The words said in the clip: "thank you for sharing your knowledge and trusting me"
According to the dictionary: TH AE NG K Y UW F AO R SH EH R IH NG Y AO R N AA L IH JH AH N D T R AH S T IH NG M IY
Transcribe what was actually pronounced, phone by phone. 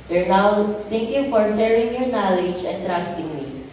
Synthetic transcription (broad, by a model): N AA NG K Y UW F AO R S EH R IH NG Y AO R N AA L IH JH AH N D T R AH S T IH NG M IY